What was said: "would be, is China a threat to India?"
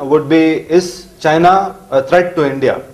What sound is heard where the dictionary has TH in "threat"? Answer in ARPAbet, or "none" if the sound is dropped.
T